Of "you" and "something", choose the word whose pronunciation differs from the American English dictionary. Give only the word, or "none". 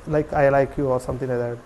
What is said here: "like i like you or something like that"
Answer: something